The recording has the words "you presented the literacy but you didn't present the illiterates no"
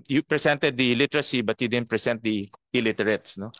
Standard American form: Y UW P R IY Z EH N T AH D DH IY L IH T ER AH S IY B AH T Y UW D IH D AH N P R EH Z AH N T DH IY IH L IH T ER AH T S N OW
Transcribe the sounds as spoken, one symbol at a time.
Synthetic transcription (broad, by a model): Y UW P R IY S EH N T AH D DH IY L IH T ER AH S IY B AH T Y UW D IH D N P R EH S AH N T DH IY IH L IH T ER AH T S N OW